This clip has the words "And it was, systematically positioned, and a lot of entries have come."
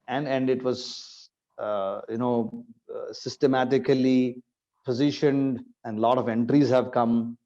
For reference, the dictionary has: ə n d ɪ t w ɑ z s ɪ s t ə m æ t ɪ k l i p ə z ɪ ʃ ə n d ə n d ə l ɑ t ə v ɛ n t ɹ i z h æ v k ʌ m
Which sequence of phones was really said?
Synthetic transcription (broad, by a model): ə n d ɪ t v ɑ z s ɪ s t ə m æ t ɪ k l i p ə z ɪ ʃ ə n d ə n d l ɑ t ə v ɛ n t ɹ i z h æ v k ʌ m